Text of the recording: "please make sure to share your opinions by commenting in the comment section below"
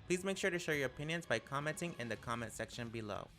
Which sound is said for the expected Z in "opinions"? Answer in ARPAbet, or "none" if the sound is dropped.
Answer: Z